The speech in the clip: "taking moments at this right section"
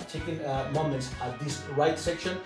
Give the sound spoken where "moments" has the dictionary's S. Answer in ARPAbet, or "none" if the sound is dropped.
S